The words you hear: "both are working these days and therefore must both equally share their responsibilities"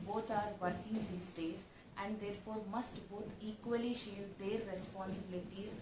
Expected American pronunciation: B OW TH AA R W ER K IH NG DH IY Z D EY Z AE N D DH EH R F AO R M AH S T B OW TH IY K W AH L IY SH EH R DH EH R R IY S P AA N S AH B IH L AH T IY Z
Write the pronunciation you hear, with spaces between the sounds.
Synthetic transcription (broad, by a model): B OW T AA R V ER K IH NG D IY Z D EY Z AE N D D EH R F AO R M AH S T B OW T IY K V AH L IY SH EH R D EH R R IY S P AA N S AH B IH L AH T IY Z